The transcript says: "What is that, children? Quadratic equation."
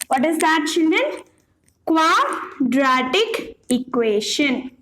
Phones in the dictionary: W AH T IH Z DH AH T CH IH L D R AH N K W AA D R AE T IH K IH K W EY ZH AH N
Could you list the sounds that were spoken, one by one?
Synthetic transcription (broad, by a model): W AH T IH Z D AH T CH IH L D AH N K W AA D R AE T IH K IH K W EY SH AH N